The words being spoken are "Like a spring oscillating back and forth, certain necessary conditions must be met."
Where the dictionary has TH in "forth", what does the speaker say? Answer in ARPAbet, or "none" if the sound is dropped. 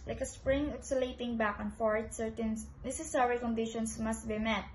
T